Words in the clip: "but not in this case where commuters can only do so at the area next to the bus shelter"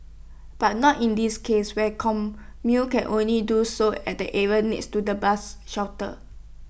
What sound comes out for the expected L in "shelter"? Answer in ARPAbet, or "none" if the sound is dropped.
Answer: W